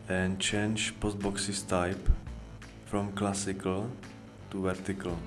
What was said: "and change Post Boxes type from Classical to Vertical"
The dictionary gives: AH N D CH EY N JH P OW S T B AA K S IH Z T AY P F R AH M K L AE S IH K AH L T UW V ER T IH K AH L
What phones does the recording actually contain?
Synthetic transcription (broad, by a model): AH N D CH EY N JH P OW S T B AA K S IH S T AY P F R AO M K L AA S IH K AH L T UW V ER T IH K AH L